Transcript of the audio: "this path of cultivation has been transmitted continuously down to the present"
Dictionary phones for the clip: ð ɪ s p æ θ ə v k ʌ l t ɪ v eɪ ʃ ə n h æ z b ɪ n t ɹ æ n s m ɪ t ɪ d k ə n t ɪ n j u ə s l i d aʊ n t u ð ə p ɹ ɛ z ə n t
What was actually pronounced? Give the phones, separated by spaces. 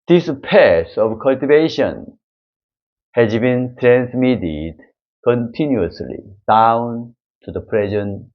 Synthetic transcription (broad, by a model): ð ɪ s p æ s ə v k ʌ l t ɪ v eɪ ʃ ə n h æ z b ɪ n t ɹ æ n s m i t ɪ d k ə n t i n j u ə s l i d aʊ n t u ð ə p ɹ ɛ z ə n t